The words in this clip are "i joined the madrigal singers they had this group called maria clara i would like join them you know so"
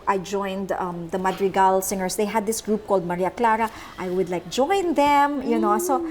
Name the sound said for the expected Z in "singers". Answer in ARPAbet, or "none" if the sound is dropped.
S